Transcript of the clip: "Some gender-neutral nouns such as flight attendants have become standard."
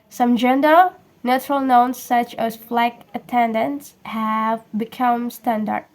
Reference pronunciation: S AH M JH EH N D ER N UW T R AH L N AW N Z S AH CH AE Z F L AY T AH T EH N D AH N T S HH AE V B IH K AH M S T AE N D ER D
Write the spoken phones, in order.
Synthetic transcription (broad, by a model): S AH M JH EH N D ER N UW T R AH L N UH N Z S AH CH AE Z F L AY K AH T EH N D AH N T S HH AE V B IH K AH M S T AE N D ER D